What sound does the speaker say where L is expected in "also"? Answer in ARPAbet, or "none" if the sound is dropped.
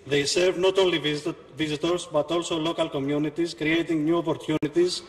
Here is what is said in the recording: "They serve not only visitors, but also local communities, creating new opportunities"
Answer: L